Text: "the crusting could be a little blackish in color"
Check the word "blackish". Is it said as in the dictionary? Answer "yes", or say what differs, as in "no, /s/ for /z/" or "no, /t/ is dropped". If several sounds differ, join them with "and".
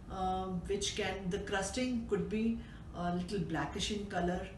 yes